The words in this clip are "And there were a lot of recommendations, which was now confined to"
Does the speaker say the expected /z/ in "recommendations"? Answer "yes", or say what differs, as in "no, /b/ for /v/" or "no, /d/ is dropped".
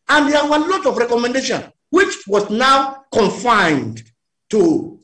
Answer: no, /z/ is dropped